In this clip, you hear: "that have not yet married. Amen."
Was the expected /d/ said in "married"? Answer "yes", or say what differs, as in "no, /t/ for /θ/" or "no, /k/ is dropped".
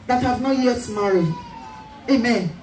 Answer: no, /d/ is dropped